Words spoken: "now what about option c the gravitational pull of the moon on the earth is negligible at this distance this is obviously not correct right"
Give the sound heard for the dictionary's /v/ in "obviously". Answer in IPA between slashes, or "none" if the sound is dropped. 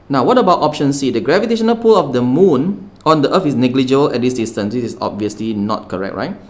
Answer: /v/